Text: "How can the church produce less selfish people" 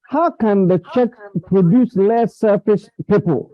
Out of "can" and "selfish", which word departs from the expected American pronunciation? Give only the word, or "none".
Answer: selfish